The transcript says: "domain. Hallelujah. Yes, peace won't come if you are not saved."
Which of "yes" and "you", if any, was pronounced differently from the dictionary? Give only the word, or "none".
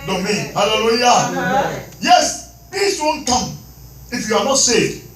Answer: none